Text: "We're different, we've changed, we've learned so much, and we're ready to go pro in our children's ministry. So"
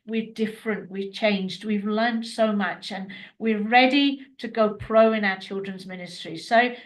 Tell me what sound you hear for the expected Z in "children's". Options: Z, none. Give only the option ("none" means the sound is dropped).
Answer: Z